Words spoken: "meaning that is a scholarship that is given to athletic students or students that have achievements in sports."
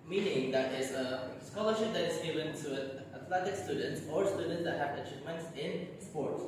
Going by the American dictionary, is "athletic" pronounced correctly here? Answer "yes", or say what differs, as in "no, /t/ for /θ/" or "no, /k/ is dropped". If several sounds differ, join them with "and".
no, /t/ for /θ/